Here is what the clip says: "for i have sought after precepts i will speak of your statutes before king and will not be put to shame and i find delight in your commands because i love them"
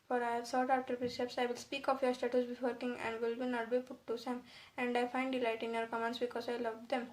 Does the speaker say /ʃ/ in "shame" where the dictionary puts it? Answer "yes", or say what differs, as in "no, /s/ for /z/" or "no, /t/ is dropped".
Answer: no, /s/ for /ʃ/